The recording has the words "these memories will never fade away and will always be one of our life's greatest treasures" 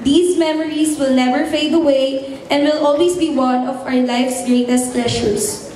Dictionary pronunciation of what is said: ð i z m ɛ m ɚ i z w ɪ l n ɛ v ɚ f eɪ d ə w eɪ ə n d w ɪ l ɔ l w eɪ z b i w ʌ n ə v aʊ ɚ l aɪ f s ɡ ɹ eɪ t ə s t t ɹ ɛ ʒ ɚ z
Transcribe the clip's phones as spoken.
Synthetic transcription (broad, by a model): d i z m ɛ m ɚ i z w ɪ l n ɛ v ɚ f eɪ d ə w eɪ ə n d w ɪ l ɔ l w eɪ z b i w ʌ n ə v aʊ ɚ l aɪ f s ɡ ɹ eɪ t ə s t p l ɛ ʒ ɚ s